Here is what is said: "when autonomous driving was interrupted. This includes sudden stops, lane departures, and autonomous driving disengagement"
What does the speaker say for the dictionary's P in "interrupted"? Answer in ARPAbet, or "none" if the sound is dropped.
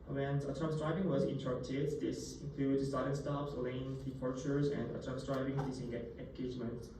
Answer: none